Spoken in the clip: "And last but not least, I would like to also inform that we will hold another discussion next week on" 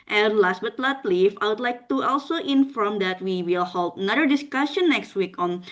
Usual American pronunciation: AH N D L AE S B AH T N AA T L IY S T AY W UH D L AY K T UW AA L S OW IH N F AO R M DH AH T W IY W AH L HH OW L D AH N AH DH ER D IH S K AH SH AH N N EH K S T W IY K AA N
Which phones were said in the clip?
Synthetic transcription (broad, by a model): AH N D L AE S B AH T L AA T L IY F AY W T L AY K T UW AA L S OW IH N F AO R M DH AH T W IY W AH L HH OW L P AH N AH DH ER D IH S K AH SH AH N N EH K S T W IY K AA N